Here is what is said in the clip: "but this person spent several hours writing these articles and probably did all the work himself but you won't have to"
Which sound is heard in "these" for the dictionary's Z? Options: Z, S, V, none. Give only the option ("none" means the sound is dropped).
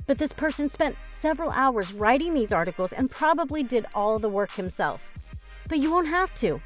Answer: Z